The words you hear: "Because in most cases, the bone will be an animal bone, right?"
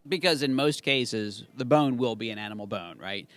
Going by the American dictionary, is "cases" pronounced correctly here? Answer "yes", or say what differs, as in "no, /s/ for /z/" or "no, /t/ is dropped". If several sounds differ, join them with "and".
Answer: yes